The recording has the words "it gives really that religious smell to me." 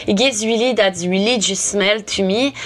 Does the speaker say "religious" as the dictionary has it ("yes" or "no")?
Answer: no